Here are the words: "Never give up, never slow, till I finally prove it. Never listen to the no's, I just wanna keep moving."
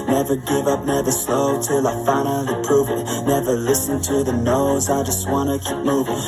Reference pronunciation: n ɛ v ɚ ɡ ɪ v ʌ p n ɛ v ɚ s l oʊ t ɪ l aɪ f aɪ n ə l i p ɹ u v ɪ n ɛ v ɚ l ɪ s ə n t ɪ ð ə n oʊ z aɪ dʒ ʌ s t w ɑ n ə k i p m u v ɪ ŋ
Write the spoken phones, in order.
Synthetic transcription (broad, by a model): n ɛ v ɚ ɡ ɪ v ʌ p n ɛ v ɚ s l oʊ t ɪ l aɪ f aɪ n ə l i p ɹ u v ɪ n ɛ v ɚ l ɪ s ə n t ɪ ð ə n oʊ z aɪ dʒ ʌ s t w ɑ n ə k i p m u v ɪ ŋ